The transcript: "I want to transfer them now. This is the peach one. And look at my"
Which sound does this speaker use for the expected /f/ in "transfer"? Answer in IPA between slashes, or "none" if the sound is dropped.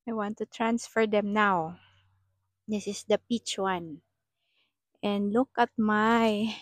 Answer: /f/